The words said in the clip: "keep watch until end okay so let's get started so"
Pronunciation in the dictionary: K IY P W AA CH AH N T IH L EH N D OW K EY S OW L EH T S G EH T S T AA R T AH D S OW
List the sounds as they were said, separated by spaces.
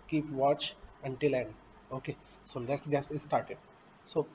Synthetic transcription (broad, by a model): K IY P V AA CH AH N T IH L EH N D OW K EY S OW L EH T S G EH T S T AA R T AH D S OW